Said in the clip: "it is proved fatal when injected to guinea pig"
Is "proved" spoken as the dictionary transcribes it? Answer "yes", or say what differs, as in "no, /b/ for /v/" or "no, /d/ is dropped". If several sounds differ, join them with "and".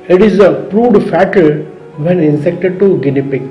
no, /v/ is dropped